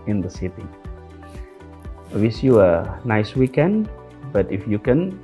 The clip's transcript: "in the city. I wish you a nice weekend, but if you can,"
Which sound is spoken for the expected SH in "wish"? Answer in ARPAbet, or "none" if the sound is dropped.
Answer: S